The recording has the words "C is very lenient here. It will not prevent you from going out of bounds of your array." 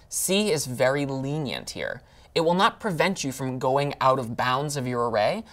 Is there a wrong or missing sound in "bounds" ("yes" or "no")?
no